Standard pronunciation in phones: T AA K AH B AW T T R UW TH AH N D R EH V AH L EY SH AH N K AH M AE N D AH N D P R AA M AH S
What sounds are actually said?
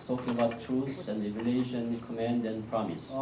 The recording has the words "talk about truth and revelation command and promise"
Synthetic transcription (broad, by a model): T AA K AH B AW T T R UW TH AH N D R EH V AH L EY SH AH N K AH M AE N D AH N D P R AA M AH S